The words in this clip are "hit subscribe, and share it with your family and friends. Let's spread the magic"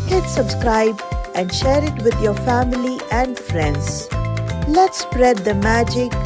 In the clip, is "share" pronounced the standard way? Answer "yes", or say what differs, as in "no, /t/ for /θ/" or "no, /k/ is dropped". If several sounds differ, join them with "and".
yes